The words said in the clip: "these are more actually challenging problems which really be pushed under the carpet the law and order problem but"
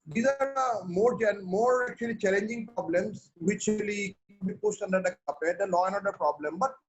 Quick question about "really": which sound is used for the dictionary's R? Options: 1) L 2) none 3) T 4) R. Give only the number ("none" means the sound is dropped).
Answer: 1